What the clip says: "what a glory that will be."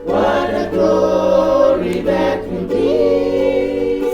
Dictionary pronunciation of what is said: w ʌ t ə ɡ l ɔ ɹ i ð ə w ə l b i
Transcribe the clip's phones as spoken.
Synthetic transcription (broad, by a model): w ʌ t ə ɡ ɔ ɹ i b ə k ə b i